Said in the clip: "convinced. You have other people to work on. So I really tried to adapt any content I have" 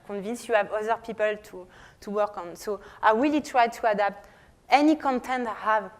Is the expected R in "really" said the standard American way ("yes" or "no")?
no